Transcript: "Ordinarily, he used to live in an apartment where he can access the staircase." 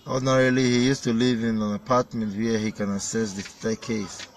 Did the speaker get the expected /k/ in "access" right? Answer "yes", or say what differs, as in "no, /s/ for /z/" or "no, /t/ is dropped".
no, /k/ is dropped